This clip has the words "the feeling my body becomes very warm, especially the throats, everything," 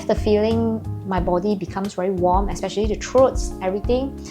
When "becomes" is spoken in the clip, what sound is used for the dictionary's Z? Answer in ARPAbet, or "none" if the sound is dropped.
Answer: S